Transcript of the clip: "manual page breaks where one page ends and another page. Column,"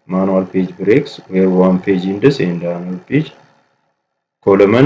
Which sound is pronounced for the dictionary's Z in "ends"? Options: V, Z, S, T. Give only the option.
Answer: S